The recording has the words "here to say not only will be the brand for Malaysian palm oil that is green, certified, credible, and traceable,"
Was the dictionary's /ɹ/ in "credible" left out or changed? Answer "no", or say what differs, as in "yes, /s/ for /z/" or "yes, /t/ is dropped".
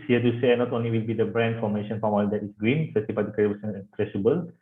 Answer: yes, /ɹ/ is dropped